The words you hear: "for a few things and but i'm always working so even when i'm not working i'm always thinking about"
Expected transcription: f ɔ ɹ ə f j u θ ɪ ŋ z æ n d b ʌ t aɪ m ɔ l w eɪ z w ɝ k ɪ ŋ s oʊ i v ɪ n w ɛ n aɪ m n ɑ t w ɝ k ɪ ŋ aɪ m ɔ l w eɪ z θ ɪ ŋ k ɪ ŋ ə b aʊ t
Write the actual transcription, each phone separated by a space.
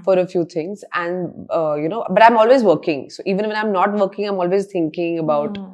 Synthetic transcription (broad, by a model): f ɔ ɹ ə f j u t ɪ ŋ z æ n d b ʌ t aɪ m ɔ l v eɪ z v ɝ k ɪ ŋ s oʊ i v ɪ n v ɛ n aɪ m n ɑ t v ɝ k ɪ ŋ aɪ m ɔ l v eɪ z t ɪ ŋ k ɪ ŋ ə b aʊ t